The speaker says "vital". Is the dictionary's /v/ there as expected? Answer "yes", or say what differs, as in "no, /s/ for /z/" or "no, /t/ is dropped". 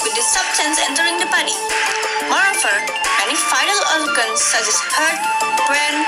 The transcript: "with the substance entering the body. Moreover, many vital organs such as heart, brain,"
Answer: no, /f/ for /v/